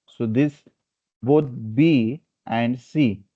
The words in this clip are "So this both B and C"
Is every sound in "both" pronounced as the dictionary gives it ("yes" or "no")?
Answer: no